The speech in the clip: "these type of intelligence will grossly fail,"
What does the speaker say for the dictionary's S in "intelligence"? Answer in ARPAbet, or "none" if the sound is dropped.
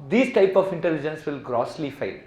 S